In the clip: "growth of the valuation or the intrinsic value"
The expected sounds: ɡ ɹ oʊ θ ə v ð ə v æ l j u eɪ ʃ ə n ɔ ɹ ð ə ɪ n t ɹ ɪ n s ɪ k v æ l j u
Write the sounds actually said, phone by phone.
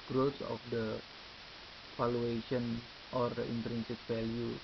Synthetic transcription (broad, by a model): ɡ ɹ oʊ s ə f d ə f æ l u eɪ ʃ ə n ɔ ɹ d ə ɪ n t ɹ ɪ n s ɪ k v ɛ l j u